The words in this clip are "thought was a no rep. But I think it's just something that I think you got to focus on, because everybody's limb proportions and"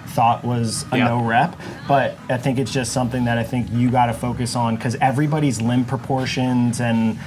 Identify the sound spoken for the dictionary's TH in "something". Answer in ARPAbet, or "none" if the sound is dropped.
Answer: TH